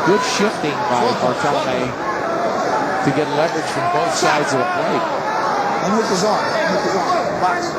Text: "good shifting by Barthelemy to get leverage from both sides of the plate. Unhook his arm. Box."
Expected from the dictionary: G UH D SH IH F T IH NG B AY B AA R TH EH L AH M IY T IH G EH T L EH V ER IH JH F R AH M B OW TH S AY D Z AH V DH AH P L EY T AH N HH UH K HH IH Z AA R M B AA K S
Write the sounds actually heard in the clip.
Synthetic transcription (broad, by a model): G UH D SH IH F T IH NG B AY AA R T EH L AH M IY T IH G EH T L EH V ER IH JH F R AH M B OW TH S AY D Z AH V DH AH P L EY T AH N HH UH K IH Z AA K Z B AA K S